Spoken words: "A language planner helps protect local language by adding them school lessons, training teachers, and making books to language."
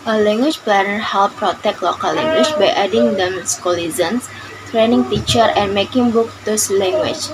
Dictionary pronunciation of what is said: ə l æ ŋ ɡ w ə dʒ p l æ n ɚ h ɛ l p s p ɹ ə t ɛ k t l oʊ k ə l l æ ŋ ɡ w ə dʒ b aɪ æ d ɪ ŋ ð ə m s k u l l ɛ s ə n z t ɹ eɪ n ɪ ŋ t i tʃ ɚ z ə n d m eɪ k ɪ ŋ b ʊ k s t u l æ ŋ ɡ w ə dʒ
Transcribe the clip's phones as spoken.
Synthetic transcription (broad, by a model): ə l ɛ ŋ ɡ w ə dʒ p l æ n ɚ h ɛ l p p ɹ ə t ɛ k t l oʊ k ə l l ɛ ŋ ɡ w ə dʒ b aɪ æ d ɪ ŋ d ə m s k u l l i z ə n s t ɹ eɪ n ɪ ŋ t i tʃ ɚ ə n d m eɪ k ɪ ŋ b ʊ k t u l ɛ ŋ ɡ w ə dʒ